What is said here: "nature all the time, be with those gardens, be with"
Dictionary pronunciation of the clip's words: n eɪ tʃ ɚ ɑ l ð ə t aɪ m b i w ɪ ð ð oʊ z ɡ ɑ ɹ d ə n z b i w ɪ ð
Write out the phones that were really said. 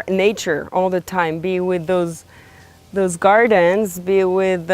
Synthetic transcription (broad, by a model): n eɪ tʃ ɚ ɑ l ð ə t aɪ m b i w ɪ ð ð oʊ z ɡ ɑ ɹ d ə n z b i w ɪ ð